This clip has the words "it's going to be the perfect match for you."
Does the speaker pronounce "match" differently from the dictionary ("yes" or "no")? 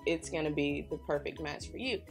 yes